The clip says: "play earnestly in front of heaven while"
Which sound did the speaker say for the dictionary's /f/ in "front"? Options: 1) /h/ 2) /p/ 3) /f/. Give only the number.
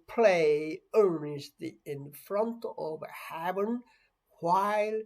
3